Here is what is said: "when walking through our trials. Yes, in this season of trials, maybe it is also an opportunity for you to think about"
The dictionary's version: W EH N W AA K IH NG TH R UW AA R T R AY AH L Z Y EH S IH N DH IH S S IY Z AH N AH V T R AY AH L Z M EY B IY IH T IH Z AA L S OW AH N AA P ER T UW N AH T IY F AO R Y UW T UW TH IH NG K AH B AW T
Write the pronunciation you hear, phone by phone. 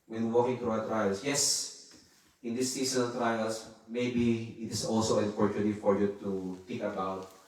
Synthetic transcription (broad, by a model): W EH N W AA K IH NG T R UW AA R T R AY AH L S Y EH S IH N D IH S S IY S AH N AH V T R AY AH L S M EY B IY IH T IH S AA L S OW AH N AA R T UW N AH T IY F AO R Y UW T UW T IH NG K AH B AW T